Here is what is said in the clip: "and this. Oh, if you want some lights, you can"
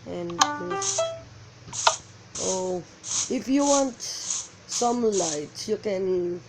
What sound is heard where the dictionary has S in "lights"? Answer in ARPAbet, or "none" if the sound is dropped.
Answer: none